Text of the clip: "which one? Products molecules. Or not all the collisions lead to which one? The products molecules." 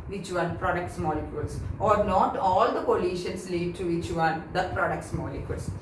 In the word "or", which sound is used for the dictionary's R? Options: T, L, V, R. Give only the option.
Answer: R